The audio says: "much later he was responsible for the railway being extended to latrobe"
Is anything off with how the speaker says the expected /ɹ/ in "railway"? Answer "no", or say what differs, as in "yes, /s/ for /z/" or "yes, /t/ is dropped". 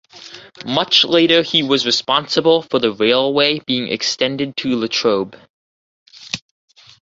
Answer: no